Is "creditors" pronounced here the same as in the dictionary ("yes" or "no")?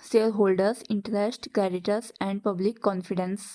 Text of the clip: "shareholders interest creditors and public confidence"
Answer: no